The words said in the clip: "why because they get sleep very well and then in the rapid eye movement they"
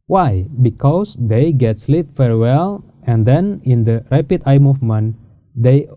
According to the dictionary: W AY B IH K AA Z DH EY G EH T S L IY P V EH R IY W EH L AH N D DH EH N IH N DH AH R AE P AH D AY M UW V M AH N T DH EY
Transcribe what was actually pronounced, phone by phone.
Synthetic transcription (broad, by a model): W AY B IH K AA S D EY G EH T S L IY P F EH R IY W EH L AH N D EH N IH N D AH R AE P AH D AY M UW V M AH N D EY